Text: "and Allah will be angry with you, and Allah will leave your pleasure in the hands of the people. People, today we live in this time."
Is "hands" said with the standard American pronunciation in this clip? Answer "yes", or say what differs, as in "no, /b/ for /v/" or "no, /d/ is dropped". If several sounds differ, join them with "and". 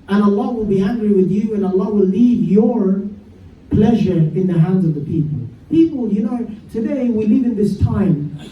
yes